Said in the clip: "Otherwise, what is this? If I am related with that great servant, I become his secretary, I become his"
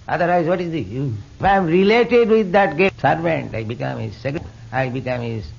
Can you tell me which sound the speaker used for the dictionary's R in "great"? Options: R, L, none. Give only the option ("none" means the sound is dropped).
none